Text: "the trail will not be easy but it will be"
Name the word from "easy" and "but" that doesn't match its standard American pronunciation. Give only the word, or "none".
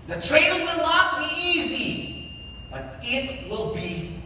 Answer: none